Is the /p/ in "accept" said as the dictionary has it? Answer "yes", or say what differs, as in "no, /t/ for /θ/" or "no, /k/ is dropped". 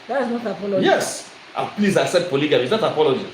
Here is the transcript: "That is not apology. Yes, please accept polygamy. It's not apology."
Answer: no, /p/ is dropped